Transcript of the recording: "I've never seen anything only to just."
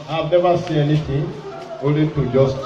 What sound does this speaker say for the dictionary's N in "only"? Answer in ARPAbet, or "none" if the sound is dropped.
none